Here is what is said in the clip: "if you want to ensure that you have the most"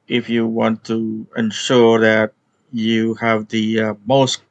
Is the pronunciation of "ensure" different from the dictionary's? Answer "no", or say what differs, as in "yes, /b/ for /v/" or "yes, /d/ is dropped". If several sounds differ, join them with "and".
no